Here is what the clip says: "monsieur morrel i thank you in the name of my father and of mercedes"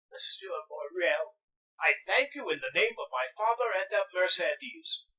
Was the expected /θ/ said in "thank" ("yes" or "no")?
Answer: yes